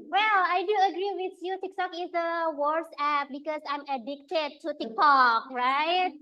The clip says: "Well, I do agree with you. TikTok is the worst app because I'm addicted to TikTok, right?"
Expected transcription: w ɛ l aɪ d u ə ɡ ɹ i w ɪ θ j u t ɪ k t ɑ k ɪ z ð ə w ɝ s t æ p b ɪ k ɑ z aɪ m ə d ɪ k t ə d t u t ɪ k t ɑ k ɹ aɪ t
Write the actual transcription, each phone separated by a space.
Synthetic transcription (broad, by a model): w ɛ l aɪ d u ə ɡ ɹ i w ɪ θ j u t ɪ k t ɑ k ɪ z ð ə w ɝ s æ p b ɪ k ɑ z aɪ m ə d ɪ k t ə d t u t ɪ k t ɑ k ɹ aɪ t